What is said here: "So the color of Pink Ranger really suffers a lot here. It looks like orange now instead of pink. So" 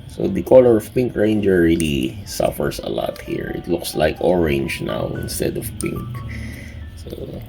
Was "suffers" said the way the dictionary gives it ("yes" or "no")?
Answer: no